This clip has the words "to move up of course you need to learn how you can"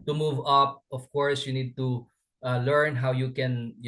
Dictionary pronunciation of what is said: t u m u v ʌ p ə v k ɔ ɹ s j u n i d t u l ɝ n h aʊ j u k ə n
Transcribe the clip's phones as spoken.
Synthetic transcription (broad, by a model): t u m u v ʌ p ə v k ɔ ɹ s j u n i d t u l ɝ n h aʊ j u k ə n